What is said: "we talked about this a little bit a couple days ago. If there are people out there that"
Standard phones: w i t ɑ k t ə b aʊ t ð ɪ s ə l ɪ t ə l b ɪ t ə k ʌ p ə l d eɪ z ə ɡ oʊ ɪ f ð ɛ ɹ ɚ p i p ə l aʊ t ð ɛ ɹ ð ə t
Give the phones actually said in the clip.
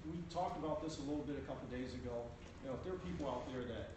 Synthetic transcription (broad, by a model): w i t ɑ k t ə b aʊ t ð ɪ s ə l ɪ t l b ɪ t ə k ʌ p l d eɪ z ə ɡ oʊ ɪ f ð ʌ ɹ ɚ p i p l aʊ t ð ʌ ɹ ð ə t